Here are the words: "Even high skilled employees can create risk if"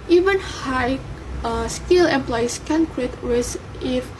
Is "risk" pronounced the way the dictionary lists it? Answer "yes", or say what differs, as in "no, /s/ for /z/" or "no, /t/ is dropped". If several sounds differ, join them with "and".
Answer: no, /w/ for /ɹ/ and /k/ is dropped